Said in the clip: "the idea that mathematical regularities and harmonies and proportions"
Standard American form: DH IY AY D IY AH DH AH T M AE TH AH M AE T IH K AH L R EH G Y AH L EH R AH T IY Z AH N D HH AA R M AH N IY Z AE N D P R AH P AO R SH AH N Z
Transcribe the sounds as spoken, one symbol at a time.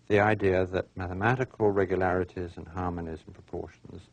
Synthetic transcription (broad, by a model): DH IY AY D IY AH DH AH T M AE TH AH M AE T IH K AH L R EH G Y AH L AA R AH T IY Z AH N HH AA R M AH N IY Z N P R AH P AO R SH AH N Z